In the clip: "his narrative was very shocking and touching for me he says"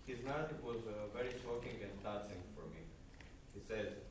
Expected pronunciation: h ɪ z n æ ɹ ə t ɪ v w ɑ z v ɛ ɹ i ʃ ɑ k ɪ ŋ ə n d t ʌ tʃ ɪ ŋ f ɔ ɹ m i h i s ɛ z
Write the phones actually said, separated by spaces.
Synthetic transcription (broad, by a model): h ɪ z n æ ɹ ə t ɪ v w ɑ z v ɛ ɹ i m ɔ k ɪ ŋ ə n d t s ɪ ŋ f ɔ ɹ m i h i s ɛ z